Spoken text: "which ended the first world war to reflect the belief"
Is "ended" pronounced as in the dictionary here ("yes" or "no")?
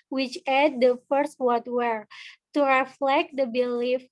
no